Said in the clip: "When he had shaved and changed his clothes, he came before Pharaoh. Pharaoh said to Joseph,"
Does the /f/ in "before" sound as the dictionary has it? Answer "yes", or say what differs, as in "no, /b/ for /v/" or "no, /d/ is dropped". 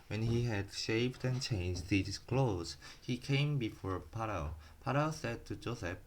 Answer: yes